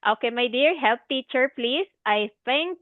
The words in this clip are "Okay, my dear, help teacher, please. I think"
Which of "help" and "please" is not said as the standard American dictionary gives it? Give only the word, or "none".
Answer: please